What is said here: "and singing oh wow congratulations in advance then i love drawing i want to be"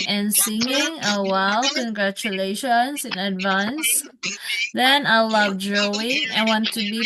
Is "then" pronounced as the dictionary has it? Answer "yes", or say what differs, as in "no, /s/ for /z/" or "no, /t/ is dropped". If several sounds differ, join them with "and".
yes